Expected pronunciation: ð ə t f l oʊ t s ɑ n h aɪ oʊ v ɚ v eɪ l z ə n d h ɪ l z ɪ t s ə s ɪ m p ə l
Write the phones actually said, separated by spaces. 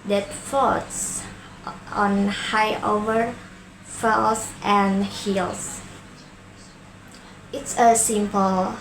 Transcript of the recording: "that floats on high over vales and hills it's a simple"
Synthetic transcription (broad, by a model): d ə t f oʊ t s ɑ n h aɪ oʊ v ɚ f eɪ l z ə n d h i l s ɪ t s ə s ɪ m p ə l